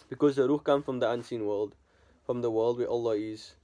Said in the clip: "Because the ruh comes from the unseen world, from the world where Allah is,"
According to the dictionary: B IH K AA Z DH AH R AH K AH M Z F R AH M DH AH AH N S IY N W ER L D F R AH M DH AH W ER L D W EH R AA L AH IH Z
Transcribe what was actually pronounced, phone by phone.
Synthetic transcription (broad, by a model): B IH K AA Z DH AH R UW K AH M F R AH M DH AH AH N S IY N W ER L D F R AH M DH AH W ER L D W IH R AA L AH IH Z